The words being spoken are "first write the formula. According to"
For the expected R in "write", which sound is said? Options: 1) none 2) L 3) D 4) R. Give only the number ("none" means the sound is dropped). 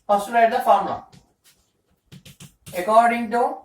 2